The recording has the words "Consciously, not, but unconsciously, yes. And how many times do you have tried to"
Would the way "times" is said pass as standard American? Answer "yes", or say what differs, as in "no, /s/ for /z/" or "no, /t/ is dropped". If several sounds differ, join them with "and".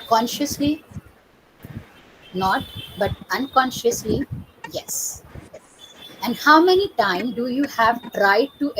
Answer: no, /z/ is dropped